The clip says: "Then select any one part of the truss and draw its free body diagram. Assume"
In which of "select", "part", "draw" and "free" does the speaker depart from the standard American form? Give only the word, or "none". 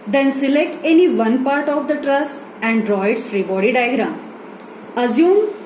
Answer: none